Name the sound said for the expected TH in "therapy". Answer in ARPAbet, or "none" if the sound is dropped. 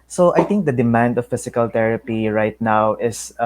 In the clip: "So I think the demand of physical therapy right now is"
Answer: T